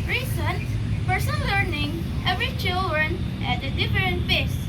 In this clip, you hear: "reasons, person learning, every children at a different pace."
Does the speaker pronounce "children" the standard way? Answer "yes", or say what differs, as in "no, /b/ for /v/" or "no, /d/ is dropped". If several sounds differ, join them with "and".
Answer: yes